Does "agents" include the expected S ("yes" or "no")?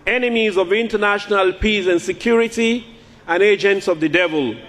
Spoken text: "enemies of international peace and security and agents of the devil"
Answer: yes